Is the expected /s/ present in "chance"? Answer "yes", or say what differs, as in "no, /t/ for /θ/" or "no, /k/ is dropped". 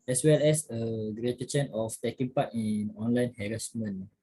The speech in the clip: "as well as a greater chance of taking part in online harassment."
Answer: no, /s/ is dropped